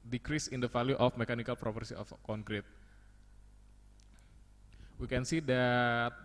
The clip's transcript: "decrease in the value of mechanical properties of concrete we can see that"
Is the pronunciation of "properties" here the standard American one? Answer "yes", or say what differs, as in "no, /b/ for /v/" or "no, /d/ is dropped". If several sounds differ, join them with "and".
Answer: no, /s/ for /t/ and /z/ is dropped